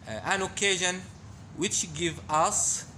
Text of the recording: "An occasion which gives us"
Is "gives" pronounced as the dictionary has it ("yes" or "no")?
no